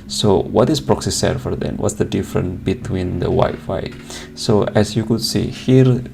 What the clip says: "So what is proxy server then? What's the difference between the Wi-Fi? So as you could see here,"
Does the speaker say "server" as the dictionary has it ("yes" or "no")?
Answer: no